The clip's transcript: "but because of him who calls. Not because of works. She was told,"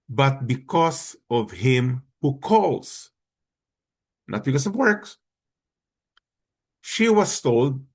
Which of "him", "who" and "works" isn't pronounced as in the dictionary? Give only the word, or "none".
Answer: none